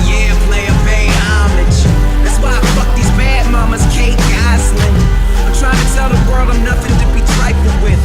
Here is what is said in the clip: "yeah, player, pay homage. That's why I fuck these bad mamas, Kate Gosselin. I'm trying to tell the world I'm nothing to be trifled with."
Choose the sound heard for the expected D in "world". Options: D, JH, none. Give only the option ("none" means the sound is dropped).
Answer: none